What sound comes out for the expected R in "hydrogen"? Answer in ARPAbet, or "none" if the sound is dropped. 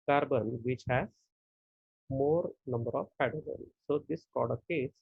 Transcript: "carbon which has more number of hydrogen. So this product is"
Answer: none